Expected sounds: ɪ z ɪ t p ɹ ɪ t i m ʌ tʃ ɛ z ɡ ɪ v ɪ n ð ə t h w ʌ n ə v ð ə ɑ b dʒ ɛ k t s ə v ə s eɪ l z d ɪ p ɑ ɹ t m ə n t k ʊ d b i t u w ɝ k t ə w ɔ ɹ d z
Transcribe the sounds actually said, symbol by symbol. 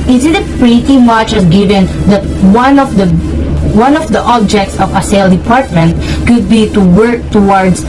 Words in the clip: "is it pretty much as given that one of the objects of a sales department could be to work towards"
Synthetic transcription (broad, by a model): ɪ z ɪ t p ɹ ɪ t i m ʌ tʃ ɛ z ɡ ɪ v ɪ n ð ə t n w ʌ n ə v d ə ɑ b dʒ ɛ k t s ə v ə s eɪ l d ɪ p ɑ ɹ t m ə n t k ʊ d b i t u w ɝ k t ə w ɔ ɹ d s